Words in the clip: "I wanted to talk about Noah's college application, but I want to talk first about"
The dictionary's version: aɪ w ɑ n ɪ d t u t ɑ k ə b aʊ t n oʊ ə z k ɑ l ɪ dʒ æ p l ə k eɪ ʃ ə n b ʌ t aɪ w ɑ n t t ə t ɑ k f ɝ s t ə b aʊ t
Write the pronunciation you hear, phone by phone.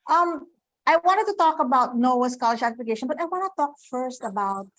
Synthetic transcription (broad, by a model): aɪ w ɑ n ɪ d t u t ɑ k ə b aʊ t n oʊ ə s k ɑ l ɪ ʃ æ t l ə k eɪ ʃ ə n b ʌ t aɪ w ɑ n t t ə t ɑ k f ɝ s t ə b aʊ t